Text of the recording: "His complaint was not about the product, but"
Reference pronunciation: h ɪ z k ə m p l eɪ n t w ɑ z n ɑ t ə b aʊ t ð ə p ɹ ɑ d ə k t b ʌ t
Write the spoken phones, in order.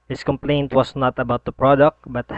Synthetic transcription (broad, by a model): h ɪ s k ə m p l eɪ n t w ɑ s n ɑ t ə b aʊ t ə p ɹ ɑ d ə k t b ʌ t